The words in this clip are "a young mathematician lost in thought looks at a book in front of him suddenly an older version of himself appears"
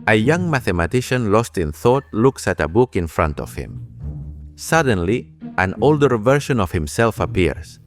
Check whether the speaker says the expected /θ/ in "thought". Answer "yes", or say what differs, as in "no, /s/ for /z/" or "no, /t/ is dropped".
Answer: yes